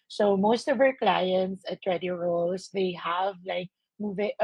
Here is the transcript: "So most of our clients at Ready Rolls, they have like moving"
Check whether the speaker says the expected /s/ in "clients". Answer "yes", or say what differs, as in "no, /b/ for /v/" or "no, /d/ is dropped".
yes